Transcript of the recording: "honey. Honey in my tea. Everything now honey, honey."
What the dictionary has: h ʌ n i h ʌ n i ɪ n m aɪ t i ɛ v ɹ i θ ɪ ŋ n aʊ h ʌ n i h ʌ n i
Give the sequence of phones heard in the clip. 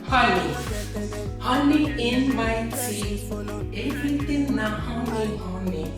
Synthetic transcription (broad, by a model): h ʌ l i h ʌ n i ɪ n m aɪ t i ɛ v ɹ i t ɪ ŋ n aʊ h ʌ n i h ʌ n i